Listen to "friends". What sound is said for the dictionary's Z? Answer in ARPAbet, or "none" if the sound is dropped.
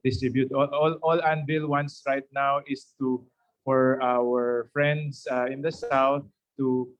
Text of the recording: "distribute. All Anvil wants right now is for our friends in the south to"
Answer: S